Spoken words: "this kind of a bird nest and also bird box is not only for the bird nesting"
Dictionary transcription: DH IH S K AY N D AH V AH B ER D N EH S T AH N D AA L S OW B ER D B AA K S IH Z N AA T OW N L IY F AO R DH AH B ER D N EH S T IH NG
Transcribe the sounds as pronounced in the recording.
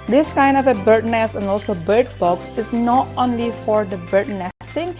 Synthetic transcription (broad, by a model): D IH S K AY N D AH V AH B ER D N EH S AH N D AA L S OW B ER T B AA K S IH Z N AA T OW N L IY F AO R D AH B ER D N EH S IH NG